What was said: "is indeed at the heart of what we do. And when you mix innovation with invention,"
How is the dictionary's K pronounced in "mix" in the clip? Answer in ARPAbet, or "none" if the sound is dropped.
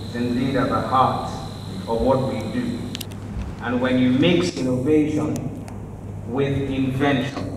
K